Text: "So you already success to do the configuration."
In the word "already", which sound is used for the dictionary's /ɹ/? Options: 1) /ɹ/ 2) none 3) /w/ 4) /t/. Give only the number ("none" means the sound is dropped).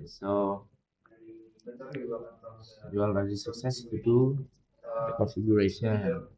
2